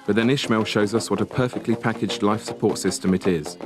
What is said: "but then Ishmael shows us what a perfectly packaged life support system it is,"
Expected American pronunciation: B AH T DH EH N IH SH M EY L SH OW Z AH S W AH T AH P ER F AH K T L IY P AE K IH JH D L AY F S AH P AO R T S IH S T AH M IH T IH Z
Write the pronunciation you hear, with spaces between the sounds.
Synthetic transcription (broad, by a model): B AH T DH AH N IH SH M EY L SH OW Z AH S W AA T AH P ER F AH K T L IY P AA K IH JH D L AY F S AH P AO T S IH S T AH M IH T IH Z